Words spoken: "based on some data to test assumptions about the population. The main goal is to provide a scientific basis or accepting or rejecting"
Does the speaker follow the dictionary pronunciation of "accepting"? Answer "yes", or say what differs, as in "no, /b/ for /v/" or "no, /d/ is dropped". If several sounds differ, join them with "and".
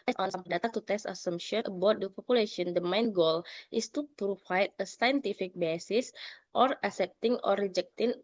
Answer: no, /k/ is dropped